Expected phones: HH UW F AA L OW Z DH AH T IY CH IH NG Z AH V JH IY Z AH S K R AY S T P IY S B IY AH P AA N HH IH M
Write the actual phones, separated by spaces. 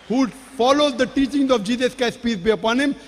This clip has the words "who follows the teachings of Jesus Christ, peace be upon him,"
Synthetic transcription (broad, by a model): HH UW F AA L OW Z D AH T IY CH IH NG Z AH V JH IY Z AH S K AY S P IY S B IY AH P AA N HH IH M